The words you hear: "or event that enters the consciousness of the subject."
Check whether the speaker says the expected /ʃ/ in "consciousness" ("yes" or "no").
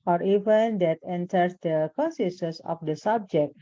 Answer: no